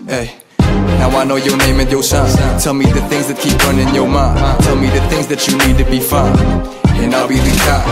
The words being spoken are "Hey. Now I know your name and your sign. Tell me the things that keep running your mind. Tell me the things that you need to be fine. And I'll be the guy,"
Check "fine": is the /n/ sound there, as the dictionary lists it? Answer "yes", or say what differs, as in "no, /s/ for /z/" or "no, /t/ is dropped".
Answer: no, /n/ is dropped